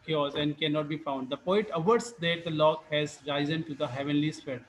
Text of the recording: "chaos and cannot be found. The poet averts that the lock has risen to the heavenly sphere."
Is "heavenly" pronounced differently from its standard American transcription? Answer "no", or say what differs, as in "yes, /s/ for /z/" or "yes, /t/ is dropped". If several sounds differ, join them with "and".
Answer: no